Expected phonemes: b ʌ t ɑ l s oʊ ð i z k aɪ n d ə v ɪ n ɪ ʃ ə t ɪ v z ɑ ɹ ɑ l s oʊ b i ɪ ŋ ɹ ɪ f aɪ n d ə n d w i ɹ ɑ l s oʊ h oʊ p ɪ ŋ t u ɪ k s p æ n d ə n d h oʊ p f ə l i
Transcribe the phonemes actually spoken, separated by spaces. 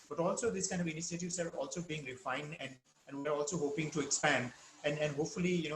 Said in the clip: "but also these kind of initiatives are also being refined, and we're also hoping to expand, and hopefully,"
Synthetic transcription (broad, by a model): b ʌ t ɑ l s oʊ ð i s k aɪ n d ə v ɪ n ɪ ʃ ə t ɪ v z ɑ ɹ ɑ l s oʊ b i ɪ ŋ ɹ ɪ f aɪ n d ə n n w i ɹ ɑ l s oʊ h oʊ p ɪ ŋ t u ɪ k s p æ n d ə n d h oʊ p f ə l i